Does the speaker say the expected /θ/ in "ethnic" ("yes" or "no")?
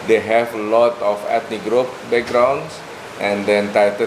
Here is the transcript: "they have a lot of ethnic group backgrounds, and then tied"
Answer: no